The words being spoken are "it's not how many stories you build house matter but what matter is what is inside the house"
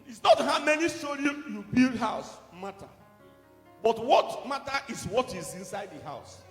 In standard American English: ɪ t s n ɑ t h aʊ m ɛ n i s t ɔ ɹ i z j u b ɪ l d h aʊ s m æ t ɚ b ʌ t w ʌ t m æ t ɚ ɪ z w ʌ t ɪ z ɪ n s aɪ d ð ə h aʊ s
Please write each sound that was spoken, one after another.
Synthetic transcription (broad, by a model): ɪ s n ɑ t h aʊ m ɛ n i s t ɔ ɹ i j u b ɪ l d h aʊ s m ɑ t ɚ b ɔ t w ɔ t m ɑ t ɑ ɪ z w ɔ t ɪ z ɪ n s aɪ d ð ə h aʊ s